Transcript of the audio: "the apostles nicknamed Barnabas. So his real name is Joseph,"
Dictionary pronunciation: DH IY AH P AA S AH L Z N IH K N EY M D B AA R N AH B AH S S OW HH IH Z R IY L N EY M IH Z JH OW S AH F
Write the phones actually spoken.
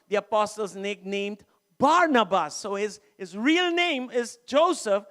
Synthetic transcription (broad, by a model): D IY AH P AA S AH L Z N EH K N EY M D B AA R N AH B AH S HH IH HH IH Z R IY L N EY M IH Z JH OW S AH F